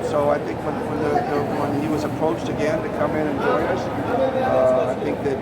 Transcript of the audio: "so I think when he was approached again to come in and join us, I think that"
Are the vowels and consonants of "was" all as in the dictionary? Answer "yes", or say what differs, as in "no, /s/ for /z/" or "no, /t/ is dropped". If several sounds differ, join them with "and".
yes